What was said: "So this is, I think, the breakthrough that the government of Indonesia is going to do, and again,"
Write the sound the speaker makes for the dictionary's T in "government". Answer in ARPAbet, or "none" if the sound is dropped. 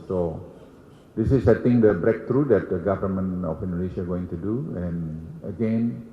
none